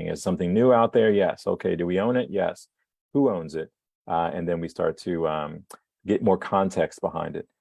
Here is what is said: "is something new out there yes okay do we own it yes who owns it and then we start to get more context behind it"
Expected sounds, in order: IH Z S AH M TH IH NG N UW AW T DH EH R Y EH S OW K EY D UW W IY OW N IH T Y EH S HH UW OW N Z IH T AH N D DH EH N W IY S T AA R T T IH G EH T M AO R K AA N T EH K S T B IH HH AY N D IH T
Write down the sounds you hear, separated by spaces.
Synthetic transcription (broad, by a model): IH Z S AH M TH IH NG N UW AW T DH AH R Y EH S OW K EY D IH W IY OW N IH T Y EH S HH UW OW N Z IH T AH N DH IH N W IY S T AA R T T IH G EH T M AO R K AA N T EH K S T B IH HH AY N D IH T